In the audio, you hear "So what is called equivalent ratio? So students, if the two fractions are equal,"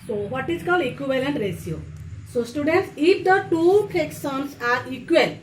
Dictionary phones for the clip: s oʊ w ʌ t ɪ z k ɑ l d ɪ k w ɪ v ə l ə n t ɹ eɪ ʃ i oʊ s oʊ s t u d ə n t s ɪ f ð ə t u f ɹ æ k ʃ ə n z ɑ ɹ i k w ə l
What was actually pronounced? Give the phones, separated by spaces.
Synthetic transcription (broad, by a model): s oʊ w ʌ t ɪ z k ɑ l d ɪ k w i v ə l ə n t ɹ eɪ s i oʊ s oʊ s t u d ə n t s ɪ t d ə t u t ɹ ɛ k s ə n s ɑ ɹ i k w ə l